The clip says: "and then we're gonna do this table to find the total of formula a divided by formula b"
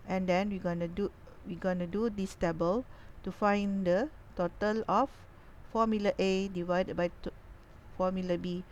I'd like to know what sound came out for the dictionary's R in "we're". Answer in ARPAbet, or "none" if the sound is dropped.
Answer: W